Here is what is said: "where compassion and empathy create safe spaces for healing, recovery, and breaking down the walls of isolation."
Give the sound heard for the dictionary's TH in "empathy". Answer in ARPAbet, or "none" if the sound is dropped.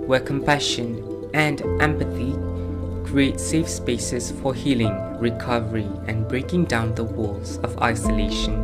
TH